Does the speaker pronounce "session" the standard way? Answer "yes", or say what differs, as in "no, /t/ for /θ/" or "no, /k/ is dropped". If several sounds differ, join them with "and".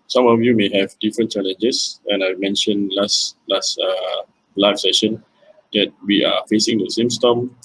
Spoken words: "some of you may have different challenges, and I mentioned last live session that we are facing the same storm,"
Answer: yes